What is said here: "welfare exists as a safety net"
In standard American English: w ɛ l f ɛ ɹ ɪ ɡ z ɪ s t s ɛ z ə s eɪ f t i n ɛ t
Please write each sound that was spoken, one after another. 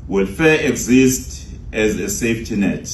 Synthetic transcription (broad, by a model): w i l f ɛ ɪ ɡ z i s t ɛ z ə s eɪ f t i n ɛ t